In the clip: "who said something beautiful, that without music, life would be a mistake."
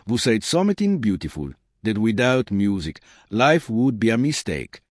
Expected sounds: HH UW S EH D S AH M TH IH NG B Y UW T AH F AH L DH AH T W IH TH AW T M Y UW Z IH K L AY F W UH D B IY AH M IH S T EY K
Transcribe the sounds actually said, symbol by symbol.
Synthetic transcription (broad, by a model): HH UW S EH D S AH M T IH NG B Y UW T AH F AH L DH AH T W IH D AW T M Y UW Z IH K L AY F W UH D B IY AH M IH S T EY K